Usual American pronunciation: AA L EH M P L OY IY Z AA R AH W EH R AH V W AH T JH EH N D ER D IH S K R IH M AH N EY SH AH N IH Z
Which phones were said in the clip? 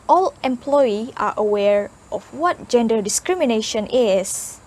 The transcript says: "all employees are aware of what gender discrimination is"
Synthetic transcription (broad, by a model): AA L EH M P L OY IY AA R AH W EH R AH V W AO T JH EH N D ER D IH S K R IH M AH N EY SH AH N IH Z